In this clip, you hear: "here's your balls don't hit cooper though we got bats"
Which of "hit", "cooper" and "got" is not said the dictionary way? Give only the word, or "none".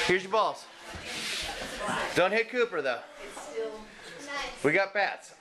none